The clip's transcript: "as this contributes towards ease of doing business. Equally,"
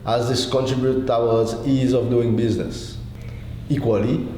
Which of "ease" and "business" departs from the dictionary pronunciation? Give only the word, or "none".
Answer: none